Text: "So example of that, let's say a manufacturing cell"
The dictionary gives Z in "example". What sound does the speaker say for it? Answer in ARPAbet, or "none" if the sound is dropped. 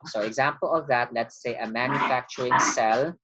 Z